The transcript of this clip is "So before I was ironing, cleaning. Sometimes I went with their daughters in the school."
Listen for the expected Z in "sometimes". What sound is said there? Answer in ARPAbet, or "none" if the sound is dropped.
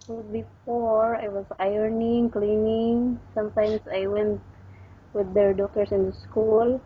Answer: S